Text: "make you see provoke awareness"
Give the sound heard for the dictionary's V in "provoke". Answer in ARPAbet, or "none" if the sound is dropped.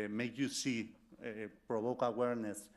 B